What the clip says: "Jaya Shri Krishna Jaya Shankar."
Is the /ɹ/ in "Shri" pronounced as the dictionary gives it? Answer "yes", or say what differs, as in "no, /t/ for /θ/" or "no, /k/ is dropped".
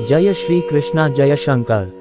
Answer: yes